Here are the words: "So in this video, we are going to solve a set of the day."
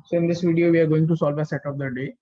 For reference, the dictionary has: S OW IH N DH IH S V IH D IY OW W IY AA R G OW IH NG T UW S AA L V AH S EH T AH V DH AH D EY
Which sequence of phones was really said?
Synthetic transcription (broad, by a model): S OW IH N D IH S V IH D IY OW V IY AA R G OW IH NG T UW S AA L V AH S EH T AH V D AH D EY